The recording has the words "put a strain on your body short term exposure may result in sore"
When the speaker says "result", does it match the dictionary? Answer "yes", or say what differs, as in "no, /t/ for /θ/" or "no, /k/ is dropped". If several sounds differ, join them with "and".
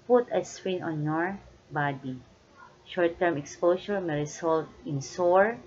no, /s/ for /z/